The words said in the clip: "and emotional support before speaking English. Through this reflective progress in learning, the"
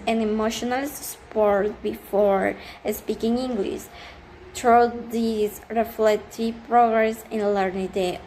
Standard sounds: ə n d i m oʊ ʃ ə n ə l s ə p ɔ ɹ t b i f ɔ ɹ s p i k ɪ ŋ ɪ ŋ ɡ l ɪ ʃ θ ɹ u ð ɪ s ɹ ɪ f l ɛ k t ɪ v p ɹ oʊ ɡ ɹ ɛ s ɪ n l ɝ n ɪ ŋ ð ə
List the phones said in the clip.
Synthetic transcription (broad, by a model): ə n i m oʊ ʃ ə n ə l s p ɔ ɹ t b i f ɔ ɹ s p i k ɪ ŋ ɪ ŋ ɡ l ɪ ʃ t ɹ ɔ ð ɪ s ɹ ɪ f l ɛ k t ɪ v p ɹ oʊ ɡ ɹ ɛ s ɪ n l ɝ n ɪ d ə